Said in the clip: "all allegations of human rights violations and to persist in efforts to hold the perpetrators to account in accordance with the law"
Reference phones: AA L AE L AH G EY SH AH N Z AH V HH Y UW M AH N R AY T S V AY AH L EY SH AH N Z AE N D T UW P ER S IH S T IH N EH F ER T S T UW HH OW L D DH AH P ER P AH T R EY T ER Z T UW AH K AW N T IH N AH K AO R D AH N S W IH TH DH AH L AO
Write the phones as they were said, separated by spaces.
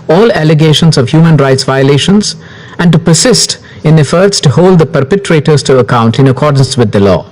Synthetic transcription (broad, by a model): AA L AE L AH G EY SH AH N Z AH V HH Y UW M AH N R AY T S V AY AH L EY SH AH N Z AE N D T UW P ER S IH S T IH N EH F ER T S T UW HH OW L D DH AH P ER P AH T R EY T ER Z T UW AH K AW N T IH N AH K AO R D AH N S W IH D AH L AO